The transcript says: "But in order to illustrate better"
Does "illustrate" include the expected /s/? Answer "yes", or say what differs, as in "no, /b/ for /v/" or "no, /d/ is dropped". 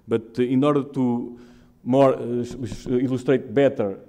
no, /ʃ/ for /s/